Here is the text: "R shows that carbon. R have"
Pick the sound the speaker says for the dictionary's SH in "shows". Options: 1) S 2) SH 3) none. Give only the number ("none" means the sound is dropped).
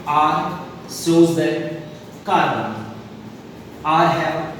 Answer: 1